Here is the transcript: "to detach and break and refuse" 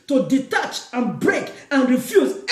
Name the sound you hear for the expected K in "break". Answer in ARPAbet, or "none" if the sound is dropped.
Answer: K